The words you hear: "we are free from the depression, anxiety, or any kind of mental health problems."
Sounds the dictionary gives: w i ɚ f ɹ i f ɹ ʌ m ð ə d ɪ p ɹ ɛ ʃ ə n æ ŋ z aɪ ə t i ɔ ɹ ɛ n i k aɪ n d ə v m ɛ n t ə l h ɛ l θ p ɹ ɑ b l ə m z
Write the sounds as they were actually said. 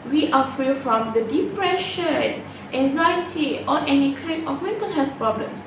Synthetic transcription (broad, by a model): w i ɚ f ɹ i f ɹ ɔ m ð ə d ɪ p ɹ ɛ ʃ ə n æ ŋ z aɪ ə t i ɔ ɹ ɛ n i k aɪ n ə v m ɛ n t ə l h ɛ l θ p ɹ ɑ b l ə m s